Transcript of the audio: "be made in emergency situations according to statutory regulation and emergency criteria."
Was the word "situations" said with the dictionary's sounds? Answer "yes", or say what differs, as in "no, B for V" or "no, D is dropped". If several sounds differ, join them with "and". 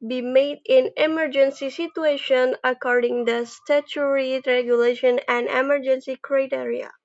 no, Z is dropped